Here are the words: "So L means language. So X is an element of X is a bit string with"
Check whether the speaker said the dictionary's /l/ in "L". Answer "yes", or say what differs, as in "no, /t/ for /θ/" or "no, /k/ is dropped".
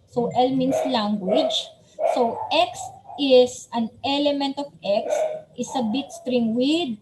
yes